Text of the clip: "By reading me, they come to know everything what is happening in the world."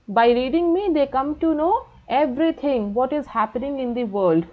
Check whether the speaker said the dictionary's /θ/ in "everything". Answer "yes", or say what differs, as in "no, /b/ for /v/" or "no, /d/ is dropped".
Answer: no, /t/ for /θ/